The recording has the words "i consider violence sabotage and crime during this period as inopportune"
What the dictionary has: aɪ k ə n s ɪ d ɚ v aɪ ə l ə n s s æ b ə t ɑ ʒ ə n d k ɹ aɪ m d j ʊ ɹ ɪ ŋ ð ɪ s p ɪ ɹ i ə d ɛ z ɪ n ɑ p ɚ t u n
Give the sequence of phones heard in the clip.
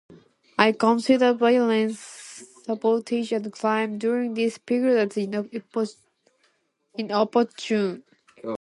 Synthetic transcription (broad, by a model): aɪ k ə n s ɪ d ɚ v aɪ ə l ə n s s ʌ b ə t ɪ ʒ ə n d k l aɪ m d j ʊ ɹ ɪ ŋ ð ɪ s p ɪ ɹ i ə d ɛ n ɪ n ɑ p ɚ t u n